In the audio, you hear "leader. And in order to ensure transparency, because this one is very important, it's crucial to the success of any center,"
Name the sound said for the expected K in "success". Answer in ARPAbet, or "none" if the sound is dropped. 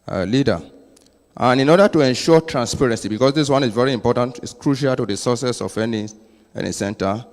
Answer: none